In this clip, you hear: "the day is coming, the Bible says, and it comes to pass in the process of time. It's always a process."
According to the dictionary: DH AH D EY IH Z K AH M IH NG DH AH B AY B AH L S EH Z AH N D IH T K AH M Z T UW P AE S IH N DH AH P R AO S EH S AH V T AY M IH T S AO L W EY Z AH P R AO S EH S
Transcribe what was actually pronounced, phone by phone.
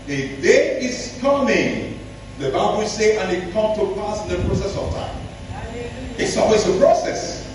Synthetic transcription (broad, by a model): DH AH D EY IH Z K AH M IH NG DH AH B AY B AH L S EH AH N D IH T K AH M T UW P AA S IH N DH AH P R AO S EH S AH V T AY M IH T S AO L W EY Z AH P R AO S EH S